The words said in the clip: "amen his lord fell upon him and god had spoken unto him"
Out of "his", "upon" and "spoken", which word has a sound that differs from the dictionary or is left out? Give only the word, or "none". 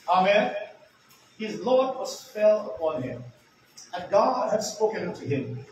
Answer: none